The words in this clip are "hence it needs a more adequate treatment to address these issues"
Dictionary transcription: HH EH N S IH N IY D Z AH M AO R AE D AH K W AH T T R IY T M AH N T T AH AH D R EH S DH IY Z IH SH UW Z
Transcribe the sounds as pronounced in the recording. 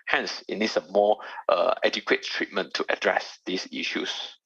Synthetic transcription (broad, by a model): HH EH N S IH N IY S AH M AO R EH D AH K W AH T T R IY T M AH N T T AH AH D R EH S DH IY S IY SH UW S